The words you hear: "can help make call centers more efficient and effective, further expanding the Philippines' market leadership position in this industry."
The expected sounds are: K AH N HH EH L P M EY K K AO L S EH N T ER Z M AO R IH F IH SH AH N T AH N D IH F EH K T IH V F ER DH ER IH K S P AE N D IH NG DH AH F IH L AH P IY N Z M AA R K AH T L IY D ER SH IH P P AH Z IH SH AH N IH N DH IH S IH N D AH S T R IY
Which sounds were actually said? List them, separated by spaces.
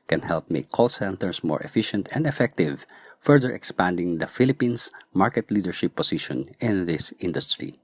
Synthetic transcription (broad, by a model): K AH N HH EH L P M EY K K AO L S EH N T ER S M AO R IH F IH SH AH N T AH N D IH F EH K T IH V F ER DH ER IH K S P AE N D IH NG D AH F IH L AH P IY N S M AA R K AH T L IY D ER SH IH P P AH S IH SH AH N IH N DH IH S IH N D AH S T R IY